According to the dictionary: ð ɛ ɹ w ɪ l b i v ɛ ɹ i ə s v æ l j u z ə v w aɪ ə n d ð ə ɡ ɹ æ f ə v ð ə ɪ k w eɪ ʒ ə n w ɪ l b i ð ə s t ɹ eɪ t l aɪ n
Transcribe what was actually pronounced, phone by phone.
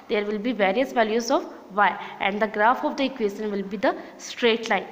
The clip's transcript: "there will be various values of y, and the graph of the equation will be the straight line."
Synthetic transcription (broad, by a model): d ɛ ɹ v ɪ l b i v ɛ ɹ i ə s v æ l j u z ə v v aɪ ə n d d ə ɡ ɹ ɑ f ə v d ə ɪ k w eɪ ʃ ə n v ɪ l b i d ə s t ɹ eɪ t l aɪ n